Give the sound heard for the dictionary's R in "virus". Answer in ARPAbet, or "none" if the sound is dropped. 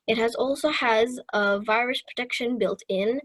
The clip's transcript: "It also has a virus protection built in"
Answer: R